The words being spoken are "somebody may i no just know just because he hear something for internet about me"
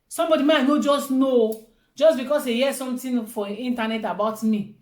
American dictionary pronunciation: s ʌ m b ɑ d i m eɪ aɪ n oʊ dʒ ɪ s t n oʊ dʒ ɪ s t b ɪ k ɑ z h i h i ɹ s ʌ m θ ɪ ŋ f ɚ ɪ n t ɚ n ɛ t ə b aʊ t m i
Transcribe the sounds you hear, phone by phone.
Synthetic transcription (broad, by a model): s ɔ m b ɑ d i m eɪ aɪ n oʊ dʒ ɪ s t n oʊ dʒ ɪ s b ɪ k ɑ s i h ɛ s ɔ m t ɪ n f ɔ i n t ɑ n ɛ t ə b aʊ t m i